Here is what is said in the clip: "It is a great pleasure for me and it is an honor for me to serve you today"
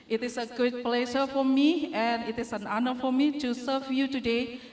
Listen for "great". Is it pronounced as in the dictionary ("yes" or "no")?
no